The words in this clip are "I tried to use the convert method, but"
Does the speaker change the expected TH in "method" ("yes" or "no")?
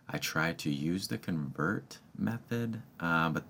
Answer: no